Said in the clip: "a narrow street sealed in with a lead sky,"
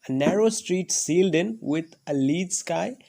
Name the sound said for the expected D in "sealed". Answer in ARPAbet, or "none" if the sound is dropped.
D